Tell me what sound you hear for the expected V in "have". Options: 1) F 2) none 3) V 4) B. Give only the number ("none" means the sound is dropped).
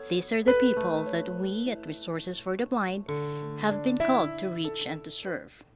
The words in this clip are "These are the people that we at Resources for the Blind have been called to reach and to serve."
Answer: 3